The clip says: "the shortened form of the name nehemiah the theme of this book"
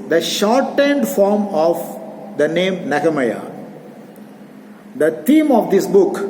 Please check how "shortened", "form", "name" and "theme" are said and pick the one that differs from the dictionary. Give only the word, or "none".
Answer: theme